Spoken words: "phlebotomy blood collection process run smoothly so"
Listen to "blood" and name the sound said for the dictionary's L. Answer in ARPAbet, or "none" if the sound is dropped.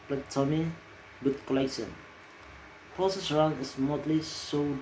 none